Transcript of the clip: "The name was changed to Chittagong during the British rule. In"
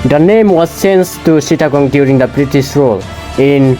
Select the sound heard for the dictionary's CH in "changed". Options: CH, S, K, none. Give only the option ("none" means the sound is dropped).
S